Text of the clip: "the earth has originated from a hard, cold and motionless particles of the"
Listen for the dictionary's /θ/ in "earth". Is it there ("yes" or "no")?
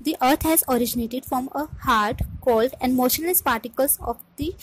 no